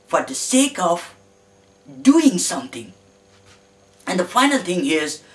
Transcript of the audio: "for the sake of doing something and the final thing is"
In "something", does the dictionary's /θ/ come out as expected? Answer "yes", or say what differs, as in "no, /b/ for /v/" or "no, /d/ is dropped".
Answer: no, /t/ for /θ/